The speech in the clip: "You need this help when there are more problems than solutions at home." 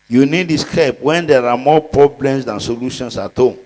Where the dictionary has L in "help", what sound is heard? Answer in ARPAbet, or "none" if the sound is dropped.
none